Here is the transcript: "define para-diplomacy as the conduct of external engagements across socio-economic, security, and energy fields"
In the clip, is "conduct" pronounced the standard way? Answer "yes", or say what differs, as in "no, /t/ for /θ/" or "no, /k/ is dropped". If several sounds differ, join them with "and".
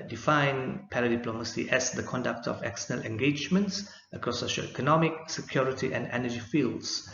yes